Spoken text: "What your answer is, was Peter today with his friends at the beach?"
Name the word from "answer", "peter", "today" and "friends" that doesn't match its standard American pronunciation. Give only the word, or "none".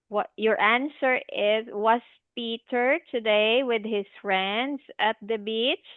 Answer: friends